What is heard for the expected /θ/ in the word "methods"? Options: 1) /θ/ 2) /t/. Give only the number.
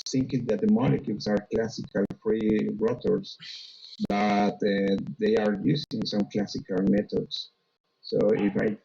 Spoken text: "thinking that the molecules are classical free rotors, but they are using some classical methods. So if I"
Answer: 2